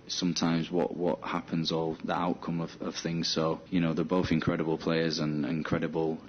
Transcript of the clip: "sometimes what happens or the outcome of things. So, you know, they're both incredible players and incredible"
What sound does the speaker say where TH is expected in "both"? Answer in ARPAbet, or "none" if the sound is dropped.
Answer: TH